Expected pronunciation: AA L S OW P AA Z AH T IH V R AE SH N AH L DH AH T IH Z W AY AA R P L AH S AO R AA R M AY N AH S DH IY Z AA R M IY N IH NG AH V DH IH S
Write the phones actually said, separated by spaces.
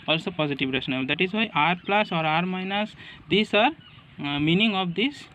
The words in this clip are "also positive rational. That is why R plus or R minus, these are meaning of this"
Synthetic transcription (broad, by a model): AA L S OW P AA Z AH T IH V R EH S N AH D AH T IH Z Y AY AA R P L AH S AO R AA R M AY N AH S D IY S AA R M IY N IH NG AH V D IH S